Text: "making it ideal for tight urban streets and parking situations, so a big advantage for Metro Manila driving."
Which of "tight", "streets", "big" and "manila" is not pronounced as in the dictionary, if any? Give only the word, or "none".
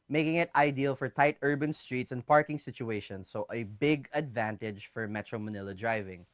none